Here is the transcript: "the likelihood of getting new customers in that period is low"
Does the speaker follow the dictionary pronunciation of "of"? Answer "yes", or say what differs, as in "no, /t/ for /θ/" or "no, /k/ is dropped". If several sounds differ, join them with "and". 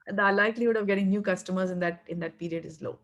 yes